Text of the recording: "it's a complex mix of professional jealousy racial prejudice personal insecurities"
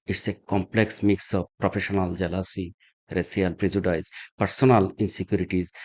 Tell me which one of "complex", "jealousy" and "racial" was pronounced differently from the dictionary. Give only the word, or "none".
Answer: racial